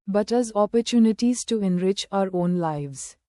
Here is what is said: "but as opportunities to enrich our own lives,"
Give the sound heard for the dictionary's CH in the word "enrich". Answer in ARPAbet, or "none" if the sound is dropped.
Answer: CH